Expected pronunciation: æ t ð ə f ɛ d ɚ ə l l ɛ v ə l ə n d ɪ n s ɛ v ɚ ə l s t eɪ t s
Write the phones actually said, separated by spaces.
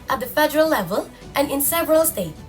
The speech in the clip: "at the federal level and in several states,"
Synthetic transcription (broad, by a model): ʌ t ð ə f ɛ d ɚ ə l l ɛ v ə l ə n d ɪ n s ɛ v ɚ ə l s t eɪ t